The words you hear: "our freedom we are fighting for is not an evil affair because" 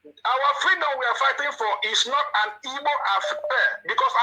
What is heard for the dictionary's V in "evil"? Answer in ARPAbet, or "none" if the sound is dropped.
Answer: B